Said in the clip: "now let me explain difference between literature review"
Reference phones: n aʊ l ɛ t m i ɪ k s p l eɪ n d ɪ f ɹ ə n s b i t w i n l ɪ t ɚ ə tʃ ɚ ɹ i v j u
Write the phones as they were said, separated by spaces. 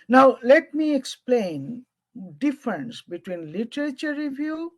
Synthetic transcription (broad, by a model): n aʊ l ɛ t m i ɪ k s p l eɪ n d ɪ f ɹ ə n s b i t w i n l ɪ t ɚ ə tʃ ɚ ɹ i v j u